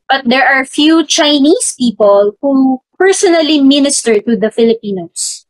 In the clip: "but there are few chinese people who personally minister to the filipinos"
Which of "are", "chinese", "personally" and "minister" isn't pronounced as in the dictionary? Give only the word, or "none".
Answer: chinese